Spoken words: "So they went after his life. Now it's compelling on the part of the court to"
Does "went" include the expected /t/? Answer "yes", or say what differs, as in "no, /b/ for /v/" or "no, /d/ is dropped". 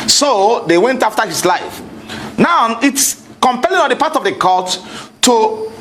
yes